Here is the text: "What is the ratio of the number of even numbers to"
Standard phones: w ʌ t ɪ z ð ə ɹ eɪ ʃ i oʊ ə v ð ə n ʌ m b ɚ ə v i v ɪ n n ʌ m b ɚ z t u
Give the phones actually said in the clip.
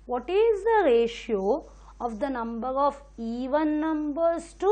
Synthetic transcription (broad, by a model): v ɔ t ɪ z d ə ɹ eɪ ʃ i oʊ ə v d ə n ʌ m b ɚ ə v i v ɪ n n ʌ m b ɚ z t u